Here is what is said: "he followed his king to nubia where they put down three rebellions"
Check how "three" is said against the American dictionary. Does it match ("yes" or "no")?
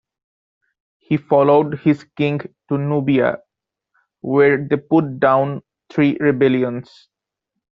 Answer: no